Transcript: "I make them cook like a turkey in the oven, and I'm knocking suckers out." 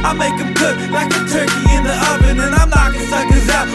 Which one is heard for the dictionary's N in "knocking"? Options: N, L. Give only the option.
L